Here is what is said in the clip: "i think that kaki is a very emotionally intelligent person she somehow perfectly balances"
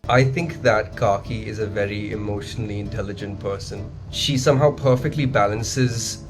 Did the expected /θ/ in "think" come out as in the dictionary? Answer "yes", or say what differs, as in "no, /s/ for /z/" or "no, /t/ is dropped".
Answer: yes